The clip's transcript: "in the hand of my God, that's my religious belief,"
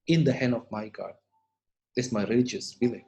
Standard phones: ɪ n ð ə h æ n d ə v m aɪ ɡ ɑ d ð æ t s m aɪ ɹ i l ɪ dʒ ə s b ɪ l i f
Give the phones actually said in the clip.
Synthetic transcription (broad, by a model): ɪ n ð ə h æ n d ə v m aɪ ɡ ɑ d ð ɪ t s m aɪ ɹ i l ɪ dʒ ə s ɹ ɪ l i